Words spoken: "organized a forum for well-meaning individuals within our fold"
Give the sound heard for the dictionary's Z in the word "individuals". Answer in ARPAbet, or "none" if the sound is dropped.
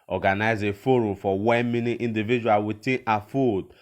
none